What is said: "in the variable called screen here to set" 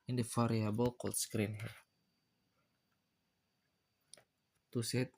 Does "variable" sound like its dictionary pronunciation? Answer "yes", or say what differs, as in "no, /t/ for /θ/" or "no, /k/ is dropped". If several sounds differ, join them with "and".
no, /f/ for /v/